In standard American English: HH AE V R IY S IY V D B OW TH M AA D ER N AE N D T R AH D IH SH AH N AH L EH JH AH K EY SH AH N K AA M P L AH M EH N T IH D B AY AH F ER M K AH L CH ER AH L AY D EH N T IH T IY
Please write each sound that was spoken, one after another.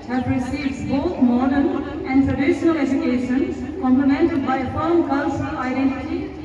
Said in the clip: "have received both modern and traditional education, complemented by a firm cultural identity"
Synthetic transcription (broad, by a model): HH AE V R IY S IY V D B OW T M AA D ER N AE N D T R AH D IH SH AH N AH L EH JH AH K EY SH AH N K AA M P L AH M EH N T IH D B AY AH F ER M K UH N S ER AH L AY D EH N T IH T IY